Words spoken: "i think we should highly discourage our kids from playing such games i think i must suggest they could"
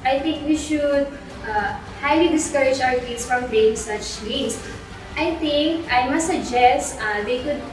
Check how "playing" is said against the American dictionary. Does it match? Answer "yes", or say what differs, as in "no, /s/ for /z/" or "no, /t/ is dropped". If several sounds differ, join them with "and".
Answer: no, /l/ is dropped